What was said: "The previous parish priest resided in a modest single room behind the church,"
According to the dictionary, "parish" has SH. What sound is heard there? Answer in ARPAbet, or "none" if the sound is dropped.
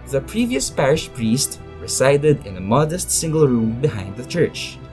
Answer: SH